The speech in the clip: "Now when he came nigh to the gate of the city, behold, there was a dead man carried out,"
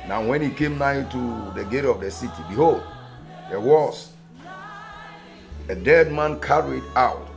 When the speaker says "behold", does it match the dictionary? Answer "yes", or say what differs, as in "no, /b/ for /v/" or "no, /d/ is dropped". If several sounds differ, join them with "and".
yes